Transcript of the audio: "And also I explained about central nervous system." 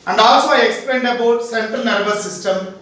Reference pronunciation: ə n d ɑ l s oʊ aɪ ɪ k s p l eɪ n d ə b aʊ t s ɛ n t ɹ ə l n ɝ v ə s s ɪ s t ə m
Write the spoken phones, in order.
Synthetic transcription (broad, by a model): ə n d ɑ l s oʊ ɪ k s p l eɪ n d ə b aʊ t s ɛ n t ə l n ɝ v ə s s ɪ s t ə m